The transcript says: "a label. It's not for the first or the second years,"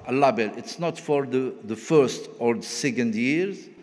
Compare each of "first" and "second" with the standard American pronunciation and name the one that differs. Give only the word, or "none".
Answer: none